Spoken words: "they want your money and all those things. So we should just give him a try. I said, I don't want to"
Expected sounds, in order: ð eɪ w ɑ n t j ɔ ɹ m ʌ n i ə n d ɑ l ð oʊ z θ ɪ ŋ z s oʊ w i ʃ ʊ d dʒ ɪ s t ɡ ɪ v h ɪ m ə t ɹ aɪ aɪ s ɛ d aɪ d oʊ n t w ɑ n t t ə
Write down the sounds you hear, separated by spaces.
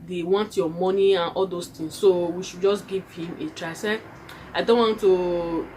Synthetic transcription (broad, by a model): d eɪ w ɑ n t j ɔ m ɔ n i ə n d ɑ l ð oʊ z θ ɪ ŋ s oʊ w i ʃ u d dʒ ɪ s ɡ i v h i m ə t ɹ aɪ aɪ s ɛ aɪ d oʊ n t w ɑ n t t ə